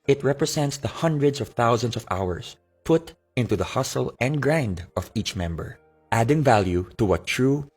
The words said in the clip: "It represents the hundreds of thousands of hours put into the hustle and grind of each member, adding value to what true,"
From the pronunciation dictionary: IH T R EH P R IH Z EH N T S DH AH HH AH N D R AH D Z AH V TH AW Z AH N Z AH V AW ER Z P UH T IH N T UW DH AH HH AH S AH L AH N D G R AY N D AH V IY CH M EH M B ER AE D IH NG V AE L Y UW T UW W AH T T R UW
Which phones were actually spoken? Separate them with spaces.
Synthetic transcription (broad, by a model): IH T R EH P R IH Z EH N T S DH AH HH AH N D R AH D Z AH V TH AW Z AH N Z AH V AW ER S P UH T IH N T UW DH AH HH AH S AH L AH N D G R AY N D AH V IY CH M EH M B ER AE D IH NG V AE L Y UW T UW W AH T T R UW